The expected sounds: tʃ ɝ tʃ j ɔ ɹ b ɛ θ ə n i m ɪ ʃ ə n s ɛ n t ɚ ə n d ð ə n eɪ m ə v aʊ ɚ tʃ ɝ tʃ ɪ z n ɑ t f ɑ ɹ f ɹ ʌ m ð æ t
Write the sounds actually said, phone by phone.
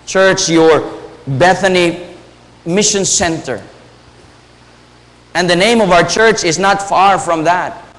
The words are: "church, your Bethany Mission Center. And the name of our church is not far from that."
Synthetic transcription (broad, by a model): tʃ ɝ tʃ j ɔ ɹ b ɛ θ ə n i m ɪ ʃ ə n s ɛ n t ɚ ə n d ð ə n eɪ m ə v aʊ ɚ tʃ ɝ tʃ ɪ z n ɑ t f ɑ ɹ f ɹ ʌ m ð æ t